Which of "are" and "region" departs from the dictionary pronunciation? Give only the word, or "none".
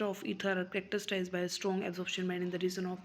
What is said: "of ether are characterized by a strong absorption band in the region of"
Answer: region